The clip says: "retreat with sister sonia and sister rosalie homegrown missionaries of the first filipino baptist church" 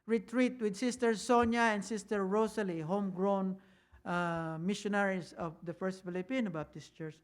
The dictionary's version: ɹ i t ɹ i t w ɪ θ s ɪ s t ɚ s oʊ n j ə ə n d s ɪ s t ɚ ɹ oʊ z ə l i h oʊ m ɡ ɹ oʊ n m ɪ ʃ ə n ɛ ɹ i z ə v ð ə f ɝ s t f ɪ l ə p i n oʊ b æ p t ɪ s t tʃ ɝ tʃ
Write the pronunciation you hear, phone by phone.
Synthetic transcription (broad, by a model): ɹ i t ɹ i t w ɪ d s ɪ s t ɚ s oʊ n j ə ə n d s ɪ s t ɚ ɹ oʊ s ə l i h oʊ m ɡ ɹ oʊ n m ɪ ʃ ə n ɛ ɹ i s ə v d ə f ɝ s t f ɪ l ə p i n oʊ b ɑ t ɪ s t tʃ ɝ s